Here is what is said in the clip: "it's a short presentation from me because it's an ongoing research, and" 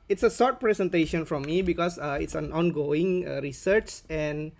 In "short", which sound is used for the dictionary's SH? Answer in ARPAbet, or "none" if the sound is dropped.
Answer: S